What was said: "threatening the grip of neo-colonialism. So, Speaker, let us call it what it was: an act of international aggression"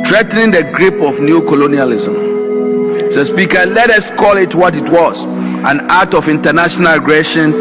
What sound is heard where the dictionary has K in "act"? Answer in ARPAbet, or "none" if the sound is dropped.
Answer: none